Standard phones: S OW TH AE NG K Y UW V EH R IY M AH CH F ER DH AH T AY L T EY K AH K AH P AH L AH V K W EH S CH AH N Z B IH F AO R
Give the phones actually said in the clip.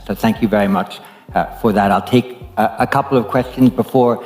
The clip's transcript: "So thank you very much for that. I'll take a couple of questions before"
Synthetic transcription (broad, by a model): S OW TH AE NG K Y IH V EH R IY M AH CH F ER DH AH T AY L T EY K AH K AH P L AH V K W EH S CH AH N Z B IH F AO R